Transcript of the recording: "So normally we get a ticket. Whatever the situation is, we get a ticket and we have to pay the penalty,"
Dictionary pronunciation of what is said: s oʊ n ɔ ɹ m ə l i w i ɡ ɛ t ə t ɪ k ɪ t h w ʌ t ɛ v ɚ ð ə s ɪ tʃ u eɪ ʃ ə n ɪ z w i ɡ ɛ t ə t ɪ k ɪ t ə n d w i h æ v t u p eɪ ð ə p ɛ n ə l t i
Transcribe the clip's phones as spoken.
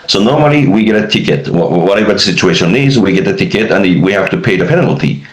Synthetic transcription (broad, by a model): s oʊ n ɔ ɹ m ə l i w i ɡ ɛ t ə t ɪ k ɪ t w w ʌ t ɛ v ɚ ð ə s ɪ tʃ u eɪ ʃ ə n ɪ z w i ɡ ɛ t ə t ɪ k ɪ t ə n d w i h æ f t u p eɪ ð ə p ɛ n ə l t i